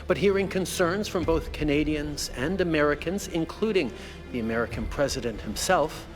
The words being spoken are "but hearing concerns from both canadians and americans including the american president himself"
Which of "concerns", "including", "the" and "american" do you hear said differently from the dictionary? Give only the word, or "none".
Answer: none